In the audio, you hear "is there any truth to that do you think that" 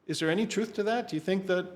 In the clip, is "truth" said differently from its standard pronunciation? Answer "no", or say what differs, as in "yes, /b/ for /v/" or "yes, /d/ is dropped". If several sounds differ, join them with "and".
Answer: no